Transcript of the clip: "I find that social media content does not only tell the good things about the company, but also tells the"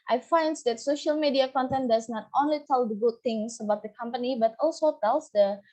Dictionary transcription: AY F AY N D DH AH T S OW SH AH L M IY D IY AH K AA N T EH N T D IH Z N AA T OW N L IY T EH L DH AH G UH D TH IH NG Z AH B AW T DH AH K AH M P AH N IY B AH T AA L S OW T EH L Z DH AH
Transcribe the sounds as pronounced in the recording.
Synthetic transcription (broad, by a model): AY F AY N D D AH T S OW SH AH L M IY D IY AH K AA N T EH N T D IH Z N AA T OW N L IY T EH L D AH G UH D T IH NG S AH B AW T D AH K AH M P AH N IY B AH T AA L S OW T EH L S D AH